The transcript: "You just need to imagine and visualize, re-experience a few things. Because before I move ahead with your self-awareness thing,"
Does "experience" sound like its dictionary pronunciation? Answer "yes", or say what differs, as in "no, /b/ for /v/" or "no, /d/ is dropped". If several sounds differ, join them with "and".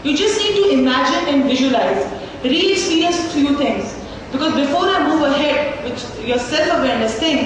no, /p/ is dropped and /n/ is dropped